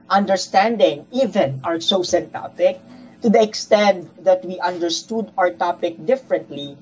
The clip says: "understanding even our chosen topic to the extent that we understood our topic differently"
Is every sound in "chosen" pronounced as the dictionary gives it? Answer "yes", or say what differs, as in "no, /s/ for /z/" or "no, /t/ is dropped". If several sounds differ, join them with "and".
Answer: no, /s/ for /tʃ/ and /s/ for /z/